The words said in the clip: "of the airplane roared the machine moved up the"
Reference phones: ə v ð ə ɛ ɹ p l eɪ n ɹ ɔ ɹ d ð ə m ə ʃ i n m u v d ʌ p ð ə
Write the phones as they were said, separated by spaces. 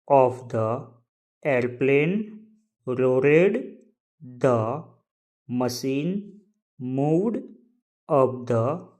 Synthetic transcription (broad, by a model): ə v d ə ɛ ɹ p l eɪ n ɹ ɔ ɹ d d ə m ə s i n m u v d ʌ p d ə